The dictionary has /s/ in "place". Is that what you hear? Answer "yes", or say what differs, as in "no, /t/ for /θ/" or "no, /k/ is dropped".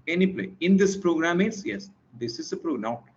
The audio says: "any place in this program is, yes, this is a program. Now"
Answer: no, /s/ is dropped